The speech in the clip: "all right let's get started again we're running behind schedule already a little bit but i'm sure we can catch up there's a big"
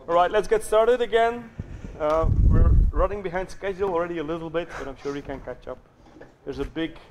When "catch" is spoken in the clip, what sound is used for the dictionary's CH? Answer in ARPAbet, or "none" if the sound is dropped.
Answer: CH